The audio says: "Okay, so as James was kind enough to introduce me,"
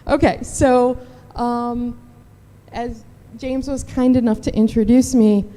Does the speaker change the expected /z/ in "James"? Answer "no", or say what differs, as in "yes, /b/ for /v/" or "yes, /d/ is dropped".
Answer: no